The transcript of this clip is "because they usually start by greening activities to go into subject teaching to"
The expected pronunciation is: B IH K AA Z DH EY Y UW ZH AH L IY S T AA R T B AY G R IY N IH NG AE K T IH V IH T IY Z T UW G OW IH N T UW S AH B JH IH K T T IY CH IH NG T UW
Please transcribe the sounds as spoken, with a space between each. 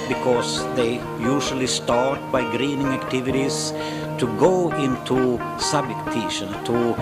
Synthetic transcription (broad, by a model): B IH K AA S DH EY Y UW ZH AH L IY S T AA R T B AY G R IY N IH NG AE K T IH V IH T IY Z T UW G OW IH N T UW S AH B IH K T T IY SH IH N T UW